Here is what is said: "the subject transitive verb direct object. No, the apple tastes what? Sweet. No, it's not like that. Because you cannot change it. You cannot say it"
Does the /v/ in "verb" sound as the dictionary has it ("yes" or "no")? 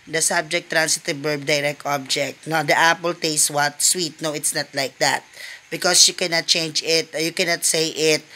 no